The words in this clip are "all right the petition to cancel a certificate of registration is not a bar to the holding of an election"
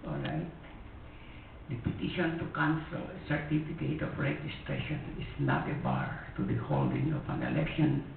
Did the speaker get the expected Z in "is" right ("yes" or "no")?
no